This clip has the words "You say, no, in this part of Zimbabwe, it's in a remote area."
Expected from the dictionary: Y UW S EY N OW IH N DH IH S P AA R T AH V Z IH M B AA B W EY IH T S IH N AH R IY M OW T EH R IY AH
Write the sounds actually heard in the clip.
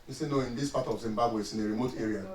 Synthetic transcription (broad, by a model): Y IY S EY N OW IH N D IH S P AA T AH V Z IH M B AA B W EY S IH N AH R IY M OW T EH R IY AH